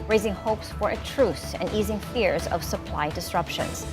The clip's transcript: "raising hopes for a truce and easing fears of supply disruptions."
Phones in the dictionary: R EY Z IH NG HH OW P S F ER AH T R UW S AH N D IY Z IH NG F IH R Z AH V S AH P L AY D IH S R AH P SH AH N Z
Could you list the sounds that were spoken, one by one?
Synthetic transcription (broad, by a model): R EY Z IH NG HH OW P S F ER AH T R UW S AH N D IY Z IH NG F IH R Z AH V S AH P L AY D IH S R AH P SH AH N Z